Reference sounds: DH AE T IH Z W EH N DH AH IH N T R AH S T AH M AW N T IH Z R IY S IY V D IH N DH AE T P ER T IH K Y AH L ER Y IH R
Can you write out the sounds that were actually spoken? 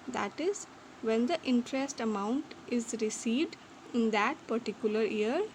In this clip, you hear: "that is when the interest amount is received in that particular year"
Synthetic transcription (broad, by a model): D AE T IH Z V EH N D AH IH N T R AH S T AH M AW N T IH Z R IY S IY V D IH N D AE T P ER T IH K Y AH L ER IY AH R